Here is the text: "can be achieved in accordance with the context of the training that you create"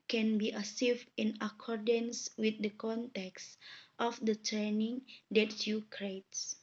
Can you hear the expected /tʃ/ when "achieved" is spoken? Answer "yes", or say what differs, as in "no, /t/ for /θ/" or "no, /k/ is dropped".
no, /s/ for /tʃ/